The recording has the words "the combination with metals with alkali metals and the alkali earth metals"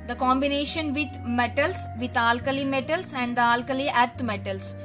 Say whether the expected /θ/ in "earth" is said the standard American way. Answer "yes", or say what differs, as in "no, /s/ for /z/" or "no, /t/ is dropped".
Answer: no, /t/ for /θ/